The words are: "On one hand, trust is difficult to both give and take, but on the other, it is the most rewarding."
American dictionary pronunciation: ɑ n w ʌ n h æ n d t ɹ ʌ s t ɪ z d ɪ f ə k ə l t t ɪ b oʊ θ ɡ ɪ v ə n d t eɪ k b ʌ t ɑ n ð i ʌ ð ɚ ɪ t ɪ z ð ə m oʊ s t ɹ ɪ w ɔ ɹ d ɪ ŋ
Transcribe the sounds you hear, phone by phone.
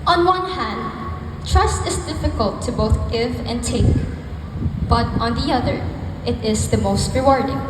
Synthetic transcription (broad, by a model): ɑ n w ʌ n h æ n d t ɹ ʌ s t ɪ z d ɪ f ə k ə l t t ɪ b oʊ θ ɡ ɪ v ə n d t eɪ k b ʌ t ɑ n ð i ʌ ð ɚ ɪ t ɪ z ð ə m oʊ s t ɹ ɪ w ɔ ɹ d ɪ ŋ